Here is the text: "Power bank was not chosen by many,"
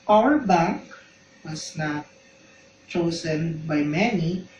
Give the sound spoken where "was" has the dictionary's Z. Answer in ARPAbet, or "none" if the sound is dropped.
S